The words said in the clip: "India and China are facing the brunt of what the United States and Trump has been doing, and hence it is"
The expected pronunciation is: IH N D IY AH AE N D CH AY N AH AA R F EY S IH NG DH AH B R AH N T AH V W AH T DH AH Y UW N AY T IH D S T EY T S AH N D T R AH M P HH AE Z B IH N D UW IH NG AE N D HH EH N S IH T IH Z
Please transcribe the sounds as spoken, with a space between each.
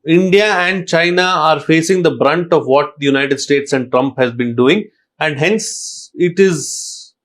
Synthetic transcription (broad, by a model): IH N D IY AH AE N D CH AY N AH AA R F EY S IH NG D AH B R AH N T AH V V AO T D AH Y UW N AY T IH D S T EY T S AH N D T R AH M P HH AE Z B IH N D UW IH NG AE N D HH EH N S IH T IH Z